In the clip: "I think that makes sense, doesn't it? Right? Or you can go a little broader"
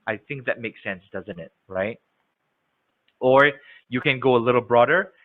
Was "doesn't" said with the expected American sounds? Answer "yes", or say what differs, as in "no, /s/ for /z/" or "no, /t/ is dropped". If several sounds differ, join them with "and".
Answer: yes